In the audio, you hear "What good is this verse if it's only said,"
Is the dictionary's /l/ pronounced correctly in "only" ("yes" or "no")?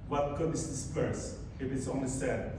no